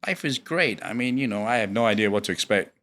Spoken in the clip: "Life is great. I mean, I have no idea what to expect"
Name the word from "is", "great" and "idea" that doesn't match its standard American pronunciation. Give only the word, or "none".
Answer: none